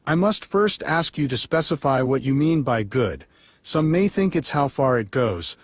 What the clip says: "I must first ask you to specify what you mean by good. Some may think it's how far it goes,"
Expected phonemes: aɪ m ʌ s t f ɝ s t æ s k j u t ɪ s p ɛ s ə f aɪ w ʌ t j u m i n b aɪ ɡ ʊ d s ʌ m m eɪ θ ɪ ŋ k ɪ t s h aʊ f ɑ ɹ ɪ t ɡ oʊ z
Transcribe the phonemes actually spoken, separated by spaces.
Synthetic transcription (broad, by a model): aɪ m ʌ s t f ɝ s t æ s k j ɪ t ɪ s p ɛ s ə f aɪ w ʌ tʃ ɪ m i n b aɪ ɡ ʊ d s ʌ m m eɪ θ ɪ ŋ k ɪ t s h aʊ f ɑ ɹ ɪ t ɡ oʊ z